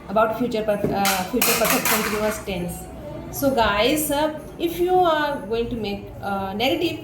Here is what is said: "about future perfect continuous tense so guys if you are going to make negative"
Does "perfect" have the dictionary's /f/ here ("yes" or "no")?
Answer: no